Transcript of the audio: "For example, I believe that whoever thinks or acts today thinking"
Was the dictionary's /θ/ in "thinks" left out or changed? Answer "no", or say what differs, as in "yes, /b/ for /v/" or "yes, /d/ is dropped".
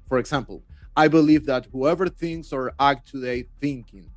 no